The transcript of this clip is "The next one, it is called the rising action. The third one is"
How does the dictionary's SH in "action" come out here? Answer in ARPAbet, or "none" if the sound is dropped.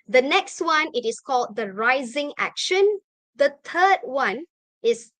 SH